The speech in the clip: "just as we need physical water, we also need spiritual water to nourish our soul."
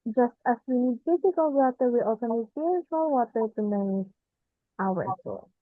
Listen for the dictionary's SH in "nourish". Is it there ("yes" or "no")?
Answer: no